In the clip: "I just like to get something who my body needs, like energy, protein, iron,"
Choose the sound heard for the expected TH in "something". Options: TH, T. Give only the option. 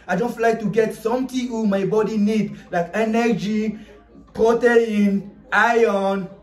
T